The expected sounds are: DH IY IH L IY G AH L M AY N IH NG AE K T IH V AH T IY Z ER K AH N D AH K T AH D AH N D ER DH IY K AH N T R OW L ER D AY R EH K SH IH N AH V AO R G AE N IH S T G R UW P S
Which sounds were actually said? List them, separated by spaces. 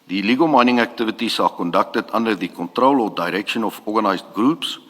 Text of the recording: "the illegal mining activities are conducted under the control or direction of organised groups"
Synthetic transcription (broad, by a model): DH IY L IY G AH L M AY N IH NG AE K T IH V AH T IY S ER K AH N D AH K T AH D AH N D ER DH IY K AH N T R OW L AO D AY R EH K SH IH N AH F AO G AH N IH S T G R UW P S